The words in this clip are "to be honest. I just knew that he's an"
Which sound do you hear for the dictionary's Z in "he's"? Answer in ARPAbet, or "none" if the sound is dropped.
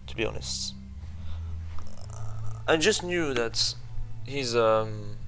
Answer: Z